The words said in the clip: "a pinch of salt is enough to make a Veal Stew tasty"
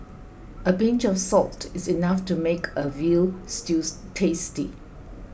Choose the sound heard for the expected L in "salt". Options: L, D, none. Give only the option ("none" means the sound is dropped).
L